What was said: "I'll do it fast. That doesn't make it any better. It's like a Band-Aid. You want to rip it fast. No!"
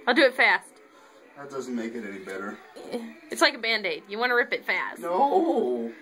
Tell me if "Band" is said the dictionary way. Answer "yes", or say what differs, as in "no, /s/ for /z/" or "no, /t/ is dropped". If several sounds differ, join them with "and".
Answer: yes